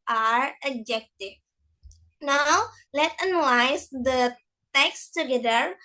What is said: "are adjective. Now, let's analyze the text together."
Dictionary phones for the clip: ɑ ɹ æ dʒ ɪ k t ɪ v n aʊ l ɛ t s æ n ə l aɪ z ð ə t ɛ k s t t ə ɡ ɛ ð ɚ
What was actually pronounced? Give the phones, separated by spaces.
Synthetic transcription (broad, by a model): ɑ ɹ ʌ dʒ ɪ k t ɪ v n aʊ l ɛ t ʌ n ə l aɪ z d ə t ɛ k s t t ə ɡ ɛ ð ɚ